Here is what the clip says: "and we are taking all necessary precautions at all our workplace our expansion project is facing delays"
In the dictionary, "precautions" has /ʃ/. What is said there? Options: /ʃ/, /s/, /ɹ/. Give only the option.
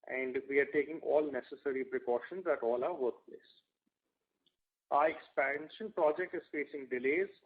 /ʃ/